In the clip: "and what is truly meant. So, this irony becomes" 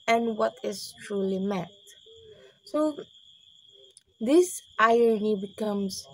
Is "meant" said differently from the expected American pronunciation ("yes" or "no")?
yes